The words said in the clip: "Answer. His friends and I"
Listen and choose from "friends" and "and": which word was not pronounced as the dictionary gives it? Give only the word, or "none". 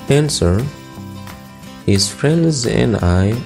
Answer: none